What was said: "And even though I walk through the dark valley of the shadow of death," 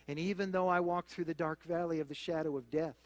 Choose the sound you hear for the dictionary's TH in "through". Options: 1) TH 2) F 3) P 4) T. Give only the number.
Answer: 1